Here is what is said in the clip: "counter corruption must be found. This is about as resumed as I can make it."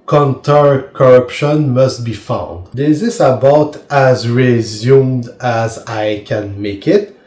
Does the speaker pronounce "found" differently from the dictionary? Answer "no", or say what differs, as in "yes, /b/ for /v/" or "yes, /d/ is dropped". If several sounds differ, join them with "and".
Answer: no